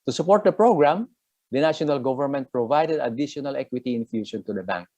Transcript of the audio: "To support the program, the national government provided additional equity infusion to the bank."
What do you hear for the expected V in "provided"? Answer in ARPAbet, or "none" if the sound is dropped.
V